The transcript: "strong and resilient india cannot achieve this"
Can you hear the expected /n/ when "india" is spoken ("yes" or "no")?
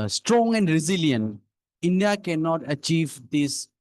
yes